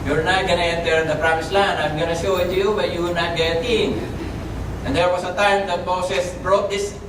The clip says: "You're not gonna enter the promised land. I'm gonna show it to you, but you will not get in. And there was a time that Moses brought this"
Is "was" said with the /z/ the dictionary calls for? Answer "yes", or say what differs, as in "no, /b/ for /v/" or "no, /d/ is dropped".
no, /s/ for /z/